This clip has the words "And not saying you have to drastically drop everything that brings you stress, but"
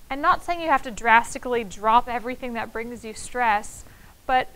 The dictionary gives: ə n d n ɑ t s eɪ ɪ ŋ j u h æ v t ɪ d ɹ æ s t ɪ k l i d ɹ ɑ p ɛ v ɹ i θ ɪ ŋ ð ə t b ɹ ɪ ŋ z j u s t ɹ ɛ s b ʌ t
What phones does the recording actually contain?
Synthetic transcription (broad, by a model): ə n n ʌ t s eɪ ɪ ŋ j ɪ h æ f t ɪ d ɹ æ s t ɪ k l i d ɹ ɑ p ɛ v ɹ i θ ɪ ŋ ð ə t b ɹ ɪ ŋ z j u s t ɹ ɛ s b ʌ t